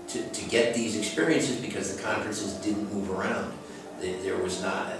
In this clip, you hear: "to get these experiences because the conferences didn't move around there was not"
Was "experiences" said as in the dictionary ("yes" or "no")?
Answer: yes